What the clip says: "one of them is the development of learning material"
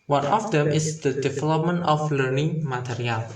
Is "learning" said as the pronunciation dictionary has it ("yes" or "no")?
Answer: yes